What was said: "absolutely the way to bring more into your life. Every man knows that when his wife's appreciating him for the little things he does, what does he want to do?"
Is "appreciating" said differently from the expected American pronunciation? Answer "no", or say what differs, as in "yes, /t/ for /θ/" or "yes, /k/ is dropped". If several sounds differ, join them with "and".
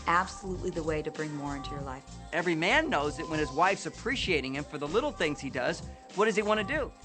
no